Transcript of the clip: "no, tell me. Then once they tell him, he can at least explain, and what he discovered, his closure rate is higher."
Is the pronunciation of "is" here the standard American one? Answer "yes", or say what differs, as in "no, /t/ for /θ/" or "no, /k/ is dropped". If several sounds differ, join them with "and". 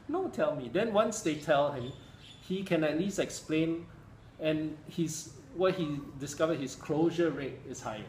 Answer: no, /s/ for /z/